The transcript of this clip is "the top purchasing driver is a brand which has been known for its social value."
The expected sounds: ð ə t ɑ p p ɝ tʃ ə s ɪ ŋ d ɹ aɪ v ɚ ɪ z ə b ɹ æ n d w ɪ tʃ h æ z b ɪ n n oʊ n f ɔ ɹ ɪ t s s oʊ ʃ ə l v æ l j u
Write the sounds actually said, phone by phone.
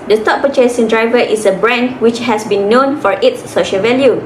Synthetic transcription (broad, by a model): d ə t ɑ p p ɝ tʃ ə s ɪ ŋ d ɹ aɪ v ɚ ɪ s ə b ɹ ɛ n w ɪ tʃ h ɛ s b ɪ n n oʊ n f ɔ ɹ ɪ t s s oʊ ʃ ə l v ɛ l j u